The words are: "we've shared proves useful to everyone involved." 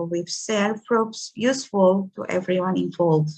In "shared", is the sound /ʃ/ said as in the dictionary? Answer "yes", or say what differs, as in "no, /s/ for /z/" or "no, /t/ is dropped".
no, /s/ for /ʃ/